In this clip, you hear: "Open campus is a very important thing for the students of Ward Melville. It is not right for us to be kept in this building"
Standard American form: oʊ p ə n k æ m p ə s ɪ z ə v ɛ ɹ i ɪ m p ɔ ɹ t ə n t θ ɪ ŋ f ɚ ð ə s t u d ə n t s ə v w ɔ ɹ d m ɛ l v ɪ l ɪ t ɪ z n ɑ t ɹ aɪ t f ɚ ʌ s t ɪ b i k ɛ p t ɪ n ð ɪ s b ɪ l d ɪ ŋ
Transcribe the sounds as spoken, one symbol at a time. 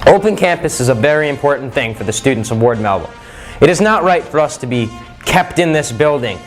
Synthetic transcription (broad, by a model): oʊ p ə n k æ m p ə s ɪ z ə v ɛ ɹ i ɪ m p ɔ ɹ t n θ ɪ ŋ f ɚ ð ə s t u d n t s ə v w ɔ ɹ d m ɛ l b l ɪ t ɪ z n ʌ t ɹ aɪ t f ɚ ʌ s t ɪ b i k ɛ p t ɪ n ð ɪ s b ɪ l d ɪ ŋ